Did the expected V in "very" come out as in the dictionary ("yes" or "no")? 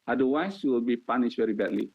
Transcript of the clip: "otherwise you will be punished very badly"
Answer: yes